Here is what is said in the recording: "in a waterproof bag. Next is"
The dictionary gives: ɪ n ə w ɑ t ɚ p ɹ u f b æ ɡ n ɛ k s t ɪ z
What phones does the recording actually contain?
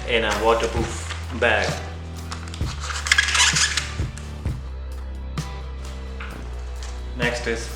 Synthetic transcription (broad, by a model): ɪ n ə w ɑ t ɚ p u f b æ ɡ n ɛ k s t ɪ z